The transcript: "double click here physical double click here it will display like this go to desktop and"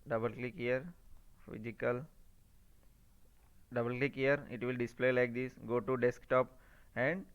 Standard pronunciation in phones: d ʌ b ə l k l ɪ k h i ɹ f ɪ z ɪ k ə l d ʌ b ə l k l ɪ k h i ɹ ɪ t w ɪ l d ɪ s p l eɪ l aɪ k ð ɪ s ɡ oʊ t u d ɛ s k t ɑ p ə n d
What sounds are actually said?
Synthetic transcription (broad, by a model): d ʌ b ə l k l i k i ɹ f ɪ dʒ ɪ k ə l d ʌ b ə l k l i k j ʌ ɹ ɪ t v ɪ l d ɪ s p l eɪ l aɪ k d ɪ s ɡ oʊ t u d ɛ s k t ɑ p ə n d